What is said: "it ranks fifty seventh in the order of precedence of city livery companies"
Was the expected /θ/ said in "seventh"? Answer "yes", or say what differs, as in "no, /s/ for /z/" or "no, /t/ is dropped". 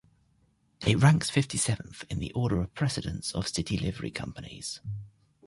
yes